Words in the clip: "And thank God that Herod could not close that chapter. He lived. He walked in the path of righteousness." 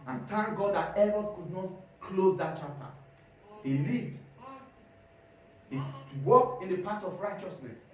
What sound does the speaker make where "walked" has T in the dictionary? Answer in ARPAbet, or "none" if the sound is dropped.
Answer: none